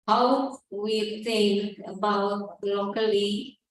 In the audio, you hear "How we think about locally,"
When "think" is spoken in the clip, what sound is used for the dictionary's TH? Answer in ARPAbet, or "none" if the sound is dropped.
S